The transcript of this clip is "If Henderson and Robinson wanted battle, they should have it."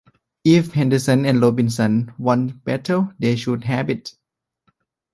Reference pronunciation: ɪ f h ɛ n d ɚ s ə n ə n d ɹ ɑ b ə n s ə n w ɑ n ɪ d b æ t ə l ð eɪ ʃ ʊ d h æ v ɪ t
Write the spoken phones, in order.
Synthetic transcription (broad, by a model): ɪ f h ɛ n d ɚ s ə n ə n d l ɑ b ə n s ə n w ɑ n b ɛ t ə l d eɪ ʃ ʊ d h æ b ɪ t